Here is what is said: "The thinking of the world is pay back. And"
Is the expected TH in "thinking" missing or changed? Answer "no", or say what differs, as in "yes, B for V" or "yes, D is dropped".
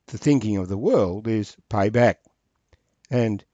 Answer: no